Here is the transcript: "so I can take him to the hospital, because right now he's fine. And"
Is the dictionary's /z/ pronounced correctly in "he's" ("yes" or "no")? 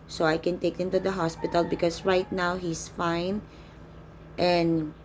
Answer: no